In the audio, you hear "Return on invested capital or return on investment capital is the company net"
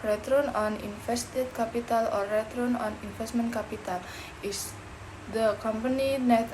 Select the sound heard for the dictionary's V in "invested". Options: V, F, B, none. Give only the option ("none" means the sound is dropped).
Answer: F